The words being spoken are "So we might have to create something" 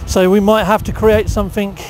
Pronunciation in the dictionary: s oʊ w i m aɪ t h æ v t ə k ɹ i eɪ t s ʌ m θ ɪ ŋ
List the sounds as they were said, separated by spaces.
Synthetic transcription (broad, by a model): s oʊ w i m aɪ t h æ f t ə k ɹ i eɪ t s ʌ m θ ɪ ŋ